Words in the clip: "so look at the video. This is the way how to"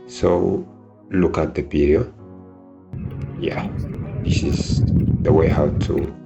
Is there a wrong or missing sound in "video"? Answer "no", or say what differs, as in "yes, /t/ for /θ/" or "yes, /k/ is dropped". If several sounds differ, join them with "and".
yes, /p/ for /v/